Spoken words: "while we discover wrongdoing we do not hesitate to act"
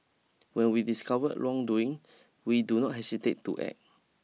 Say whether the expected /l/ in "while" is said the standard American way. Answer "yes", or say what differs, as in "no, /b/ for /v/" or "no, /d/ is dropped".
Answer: no, /n/ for /l/